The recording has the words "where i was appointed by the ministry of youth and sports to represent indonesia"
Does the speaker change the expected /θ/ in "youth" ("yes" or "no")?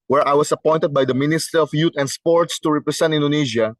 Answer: yes